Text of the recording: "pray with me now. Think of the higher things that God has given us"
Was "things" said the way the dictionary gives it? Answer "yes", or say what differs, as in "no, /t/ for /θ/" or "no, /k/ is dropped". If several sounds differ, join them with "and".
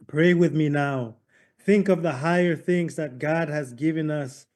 yes